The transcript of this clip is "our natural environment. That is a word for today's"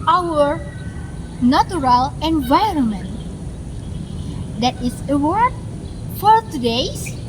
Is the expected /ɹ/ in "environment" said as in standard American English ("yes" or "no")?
yes